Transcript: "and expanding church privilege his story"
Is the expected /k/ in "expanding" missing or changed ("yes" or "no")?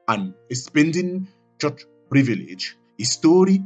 yes